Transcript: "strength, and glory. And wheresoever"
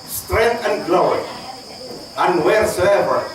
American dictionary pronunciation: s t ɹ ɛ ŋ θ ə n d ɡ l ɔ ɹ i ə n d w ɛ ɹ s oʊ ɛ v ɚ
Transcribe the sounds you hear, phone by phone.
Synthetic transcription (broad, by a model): s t ɹ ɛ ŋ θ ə n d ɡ l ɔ i ə n d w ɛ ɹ s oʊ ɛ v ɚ